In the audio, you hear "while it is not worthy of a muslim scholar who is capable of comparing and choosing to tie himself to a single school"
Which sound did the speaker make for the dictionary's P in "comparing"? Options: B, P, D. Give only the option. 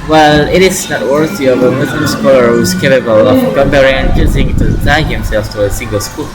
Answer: B